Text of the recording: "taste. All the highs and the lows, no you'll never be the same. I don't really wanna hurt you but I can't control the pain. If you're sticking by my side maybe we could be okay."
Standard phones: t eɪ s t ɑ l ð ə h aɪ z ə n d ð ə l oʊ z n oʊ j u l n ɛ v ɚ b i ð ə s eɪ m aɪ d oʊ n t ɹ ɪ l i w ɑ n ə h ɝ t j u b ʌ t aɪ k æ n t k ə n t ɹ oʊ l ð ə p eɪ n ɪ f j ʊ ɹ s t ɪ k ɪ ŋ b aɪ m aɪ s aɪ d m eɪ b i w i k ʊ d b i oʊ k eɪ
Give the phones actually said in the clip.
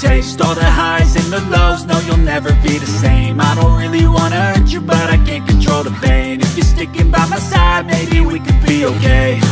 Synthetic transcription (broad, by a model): eɪ s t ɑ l ð ə h aɪ z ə n ð ə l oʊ z n oʊ j u l n ɛ v ɚ b i ð ə s eɪ m aɪ d oʊ n t ɹ ɪ l i w ɑ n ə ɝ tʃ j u b ʌ t aɪ k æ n k ə n t ɹ oʊ l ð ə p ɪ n ɪ f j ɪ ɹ s t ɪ k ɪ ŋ b aɪ m aɪ s aɪ d m eɪ b i w i k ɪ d b i oʊ k eɪ